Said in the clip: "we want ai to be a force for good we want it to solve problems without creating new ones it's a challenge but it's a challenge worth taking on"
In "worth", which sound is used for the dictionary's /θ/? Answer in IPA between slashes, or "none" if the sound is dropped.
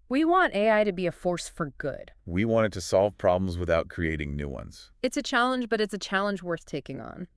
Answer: /θ/